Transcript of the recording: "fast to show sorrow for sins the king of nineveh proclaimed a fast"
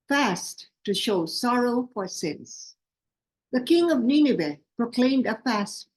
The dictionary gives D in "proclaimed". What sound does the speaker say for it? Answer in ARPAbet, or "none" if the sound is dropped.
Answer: D